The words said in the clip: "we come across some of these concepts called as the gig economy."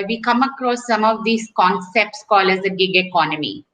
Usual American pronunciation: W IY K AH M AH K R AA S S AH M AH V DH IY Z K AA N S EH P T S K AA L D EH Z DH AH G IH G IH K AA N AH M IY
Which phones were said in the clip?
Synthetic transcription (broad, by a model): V IY K AH M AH K R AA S S AH M AH V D IY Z K AA N S EH P T S K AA L EH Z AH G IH G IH K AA N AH M IY